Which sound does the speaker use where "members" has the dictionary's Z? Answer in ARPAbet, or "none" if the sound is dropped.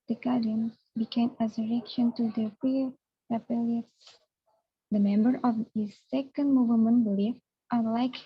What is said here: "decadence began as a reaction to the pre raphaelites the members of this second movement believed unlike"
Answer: none